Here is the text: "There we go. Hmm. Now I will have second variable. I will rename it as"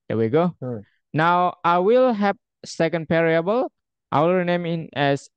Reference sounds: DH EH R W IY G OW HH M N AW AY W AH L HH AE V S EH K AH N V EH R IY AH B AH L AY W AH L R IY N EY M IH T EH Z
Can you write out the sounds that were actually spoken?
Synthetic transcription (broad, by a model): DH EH W IY G OW N AW AY W AH L HH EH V S EH K AH N P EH R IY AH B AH L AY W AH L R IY N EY M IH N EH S